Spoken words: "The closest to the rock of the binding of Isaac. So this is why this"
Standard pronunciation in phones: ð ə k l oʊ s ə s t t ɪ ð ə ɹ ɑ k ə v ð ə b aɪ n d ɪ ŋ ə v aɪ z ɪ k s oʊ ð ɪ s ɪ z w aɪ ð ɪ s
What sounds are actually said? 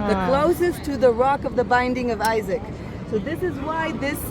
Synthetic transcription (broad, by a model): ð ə k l oʊ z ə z t ɪ ð ə ɹ ɑ k ə v ð ə b aɪ n d ɪ ŋ ə v aɪ z ɪ k s oʊ ð ɪ s ɪ z w aɪ ð ɪ s